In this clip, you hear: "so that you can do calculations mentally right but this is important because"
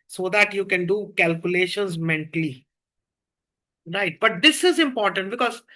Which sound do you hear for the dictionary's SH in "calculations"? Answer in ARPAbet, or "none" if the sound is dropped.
SH